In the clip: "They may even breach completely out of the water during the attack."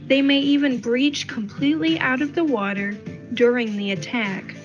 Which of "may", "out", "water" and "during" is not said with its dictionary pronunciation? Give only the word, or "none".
none